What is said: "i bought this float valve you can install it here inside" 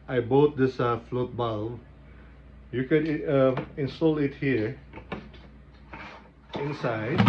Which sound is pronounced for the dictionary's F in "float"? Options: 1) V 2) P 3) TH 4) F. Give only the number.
4